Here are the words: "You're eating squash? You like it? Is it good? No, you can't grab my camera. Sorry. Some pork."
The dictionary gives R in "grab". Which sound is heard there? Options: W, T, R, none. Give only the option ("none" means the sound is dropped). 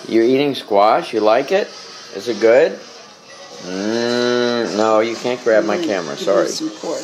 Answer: R